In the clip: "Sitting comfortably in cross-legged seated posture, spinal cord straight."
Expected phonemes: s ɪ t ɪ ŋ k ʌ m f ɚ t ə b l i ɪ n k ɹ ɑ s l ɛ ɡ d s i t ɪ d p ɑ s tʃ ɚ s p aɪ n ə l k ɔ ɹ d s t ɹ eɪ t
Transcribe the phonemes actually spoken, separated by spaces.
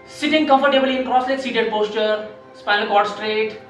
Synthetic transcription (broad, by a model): s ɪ t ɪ ŋ k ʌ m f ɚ t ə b l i ɪ n k ɹ ɑ s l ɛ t s i t ɪ d p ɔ s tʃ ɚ s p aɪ ə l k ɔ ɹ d s t ɹ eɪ t